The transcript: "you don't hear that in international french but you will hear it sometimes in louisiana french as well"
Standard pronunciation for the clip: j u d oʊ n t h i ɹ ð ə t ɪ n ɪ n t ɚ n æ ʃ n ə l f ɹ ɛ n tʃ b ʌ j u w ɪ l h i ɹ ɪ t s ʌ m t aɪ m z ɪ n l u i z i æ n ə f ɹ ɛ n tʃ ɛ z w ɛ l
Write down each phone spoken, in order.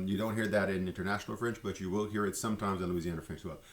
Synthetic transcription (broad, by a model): j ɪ d oʊ n t h i ɹ ð ə t ɪ n ɪ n t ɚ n æ ʃ n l f ɹ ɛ n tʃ b ʌ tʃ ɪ w ɪ l h i ɹ ɪ t s ʌ m t aɪ m z ɪ n l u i z i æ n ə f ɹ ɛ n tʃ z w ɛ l